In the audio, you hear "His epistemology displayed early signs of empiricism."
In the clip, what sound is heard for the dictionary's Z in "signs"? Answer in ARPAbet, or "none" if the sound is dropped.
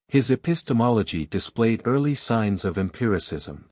Z